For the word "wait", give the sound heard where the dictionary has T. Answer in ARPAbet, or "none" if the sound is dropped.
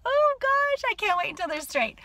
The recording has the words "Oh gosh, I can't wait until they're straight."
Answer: none